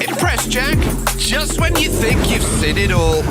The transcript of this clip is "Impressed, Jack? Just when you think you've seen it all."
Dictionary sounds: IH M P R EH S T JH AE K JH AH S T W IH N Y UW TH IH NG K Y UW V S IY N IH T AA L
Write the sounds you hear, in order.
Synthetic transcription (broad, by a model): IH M P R EH S JH AE K JH AH S T W IH N Y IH TH IH NG K Y UW V S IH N IH T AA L